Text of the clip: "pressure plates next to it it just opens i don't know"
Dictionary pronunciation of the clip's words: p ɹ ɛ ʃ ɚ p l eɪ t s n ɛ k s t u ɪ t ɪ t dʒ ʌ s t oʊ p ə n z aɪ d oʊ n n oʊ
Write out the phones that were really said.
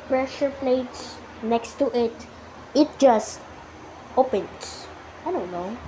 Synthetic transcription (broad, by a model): p ɹ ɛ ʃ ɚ p l eɪ t s n ɛ k s t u ɪ t ɪ t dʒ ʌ s t oʊ p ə n s aɪ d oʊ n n oʊ